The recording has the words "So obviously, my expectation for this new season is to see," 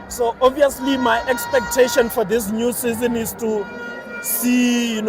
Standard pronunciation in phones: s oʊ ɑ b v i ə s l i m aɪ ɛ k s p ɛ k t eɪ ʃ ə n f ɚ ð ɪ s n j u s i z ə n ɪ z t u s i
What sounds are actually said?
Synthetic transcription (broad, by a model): s oʊ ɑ v i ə s l i m aɪ ɛ k s p ɛ k t eɪ ʃ ə n f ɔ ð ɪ s n j u s i z ə n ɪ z t u s i